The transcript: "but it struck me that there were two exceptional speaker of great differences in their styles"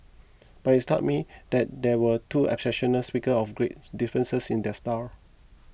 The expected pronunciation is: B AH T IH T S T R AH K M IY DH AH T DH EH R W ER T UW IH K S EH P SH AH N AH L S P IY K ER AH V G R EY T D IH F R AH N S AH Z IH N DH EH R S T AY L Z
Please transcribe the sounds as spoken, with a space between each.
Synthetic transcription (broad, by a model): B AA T IH T S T AO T M IY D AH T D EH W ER T UW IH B S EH SH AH N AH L S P IY K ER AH F G R EY T D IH F R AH N S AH S IH N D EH S T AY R